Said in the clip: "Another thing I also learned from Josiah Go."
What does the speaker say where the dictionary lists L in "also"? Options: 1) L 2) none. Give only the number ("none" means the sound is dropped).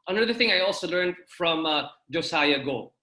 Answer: 1